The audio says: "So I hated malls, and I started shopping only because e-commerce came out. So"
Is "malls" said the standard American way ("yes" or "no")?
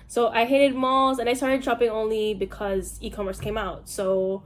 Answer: yes